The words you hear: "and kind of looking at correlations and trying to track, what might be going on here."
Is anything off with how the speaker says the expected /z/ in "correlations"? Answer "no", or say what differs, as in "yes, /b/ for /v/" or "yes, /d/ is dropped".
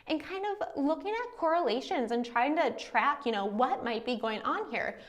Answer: no